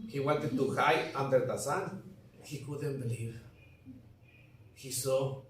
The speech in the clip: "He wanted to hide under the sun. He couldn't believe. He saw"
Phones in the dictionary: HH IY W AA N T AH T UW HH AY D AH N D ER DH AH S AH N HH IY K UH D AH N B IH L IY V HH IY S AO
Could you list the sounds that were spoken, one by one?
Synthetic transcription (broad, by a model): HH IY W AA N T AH T UW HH AY AA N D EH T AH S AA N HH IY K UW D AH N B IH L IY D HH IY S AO